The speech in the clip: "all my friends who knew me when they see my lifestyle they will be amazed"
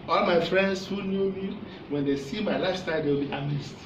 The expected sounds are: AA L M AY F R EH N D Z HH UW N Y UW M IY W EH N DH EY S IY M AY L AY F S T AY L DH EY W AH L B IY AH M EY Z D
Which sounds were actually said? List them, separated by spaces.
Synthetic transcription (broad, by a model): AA L M AY F R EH N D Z HH UW N Y UW M IY W EH N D EY S IY M AY L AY S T AY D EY W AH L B IY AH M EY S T